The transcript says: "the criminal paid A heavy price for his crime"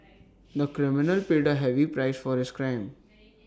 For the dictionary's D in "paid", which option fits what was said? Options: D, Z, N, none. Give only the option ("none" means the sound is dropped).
D